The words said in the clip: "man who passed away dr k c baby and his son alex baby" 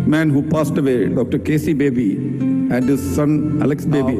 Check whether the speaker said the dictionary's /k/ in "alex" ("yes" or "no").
yes